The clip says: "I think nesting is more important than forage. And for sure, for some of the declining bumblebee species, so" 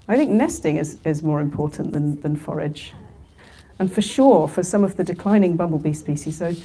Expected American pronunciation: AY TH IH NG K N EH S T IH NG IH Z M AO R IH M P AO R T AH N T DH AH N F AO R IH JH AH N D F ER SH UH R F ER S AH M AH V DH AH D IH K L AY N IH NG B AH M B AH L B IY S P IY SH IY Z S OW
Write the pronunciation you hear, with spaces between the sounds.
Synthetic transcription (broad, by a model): AY TH IH NG K N EH S T IH NG IH Z M AO R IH M P AO R T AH N DH AH N F AO R IH JH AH N F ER SH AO R F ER S AH M AH V DH AH D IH K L AY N IH NG B AH M B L B IY S P IY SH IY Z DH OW